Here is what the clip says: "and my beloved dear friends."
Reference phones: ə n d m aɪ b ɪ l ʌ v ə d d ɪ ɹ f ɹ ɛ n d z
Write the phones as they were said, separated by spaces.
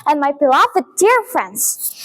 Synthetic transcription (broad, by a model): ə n m aɪ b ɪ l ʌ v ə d d ɪ ɹ f ɹ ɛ n d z